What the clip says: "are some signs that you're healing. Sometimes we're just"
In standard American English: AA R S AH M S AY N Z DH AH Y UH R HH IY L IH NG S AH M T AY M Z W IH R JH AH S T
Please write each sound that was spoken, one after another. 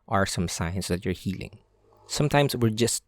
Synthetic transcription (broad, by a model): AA R S AH M S AY N S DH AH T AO R HH IY L IH NG S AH M T AY M S W IH R JH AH S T